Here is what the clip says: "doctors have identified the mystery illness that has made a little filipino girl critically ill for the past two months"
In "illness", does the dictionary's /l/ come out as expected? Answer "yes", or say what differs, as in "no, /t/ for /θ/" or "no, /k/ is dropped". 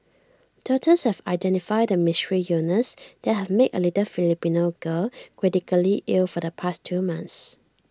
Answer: no, /l/ is dropped